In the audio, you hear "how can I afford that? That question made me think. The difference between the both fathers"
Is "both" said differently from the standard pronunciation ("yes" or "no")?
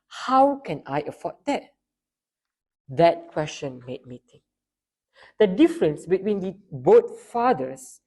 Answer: yes